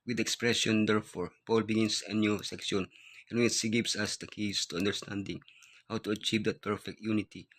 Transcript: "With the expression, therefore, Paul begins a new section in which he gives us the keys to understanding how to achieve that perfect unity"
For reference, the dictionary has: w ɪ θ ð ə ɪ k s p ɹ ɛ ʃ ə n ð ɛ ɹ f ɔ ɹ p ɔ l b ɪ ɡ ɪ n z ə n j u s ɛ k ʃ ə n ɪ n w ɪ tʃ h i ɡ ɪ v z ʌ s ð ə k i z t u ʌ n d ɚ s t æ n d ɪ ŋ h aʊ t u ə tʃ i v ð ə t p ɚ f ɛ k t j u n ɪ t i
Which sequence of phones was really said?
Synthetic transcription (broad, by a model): w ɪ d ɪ k s p ɹ ɛ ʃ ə n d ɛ ɹ f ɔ ɹ p ɔ l b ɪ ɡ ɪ n s ə n j u s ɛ k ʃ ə n ɪ n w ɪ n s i ɡ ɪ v s ʌ s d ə k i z t u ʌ n d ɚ s t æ n d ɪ ŋ h aʊ t u ə tʃ i v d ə t p ɚ f ɛ k t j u n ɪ t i